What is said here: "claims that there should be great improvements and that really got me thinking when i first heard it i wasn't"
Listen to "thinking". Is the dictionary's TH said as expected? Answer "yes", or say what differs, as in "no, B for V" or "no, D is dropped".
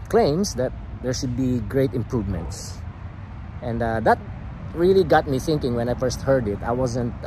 yes